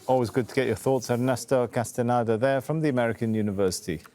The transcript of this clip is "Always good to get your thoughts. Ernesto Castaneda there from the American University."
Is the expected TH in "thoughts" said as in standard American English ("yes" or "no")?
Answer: yes